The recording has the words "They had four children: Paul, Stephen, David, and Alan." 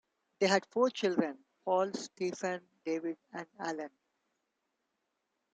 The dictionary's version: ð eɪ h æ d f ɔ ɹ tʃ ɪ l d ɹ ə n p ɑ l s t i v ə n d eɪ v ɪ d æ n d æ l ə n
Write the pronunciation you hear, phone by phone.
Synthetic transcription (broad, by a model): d eɪ h æ d f ɔ ɹ tʃ ɪ l d ɹ ə n p ɑ l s t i f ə n d eɪ v ɪ d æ n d æ l ə n